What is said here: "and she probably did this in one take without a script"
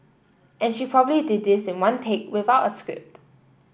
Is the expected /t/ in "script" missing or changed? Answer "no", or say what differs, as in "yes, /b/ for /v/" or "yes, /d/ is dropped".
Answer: no